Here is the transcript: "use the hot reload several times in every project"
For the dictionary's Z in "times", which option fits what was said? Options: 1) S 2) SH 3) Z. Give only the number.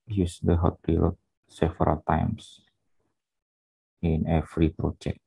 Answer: 1